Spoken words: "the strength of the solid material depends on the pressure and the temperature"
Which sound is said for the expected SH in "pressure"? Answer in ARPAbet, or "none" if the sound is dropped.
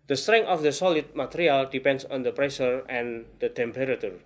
S